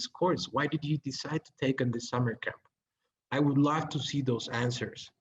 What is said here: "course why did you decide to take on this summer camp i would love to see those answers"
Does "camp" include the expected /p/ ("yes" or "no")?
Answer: yes